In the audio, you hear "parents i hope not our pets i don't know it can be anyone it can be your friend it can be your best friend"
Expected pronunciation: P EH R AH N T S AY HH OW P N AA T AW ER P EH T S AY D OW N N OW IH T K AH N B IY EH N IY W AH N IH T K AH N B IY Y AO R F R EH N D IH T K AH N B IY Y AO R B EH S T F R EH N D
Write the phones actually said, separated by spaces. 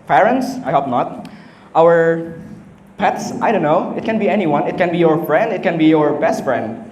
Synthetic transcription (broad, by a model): P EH R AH N T S AY HH OW P N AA T AW ER P EH T S AY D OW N N OW IH T K AH N B IY EH N IY W AH N IH T K AH N B IY Y AO R F R EH N D IH T K AH N B IY Y AO R B EH S T F R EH N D